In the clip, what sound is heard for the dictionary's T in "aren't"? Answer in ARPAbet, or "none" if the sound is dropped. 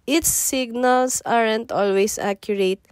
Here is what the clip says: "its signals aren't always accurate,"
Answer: T